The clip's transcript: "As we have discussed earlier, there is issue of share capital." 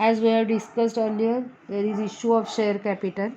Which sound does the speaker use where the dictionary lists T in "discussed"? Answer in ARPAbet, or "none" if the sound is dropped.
T